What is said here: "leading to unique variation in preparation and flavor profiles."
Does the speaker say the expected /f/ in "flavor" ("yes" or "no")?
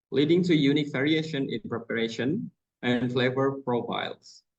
yes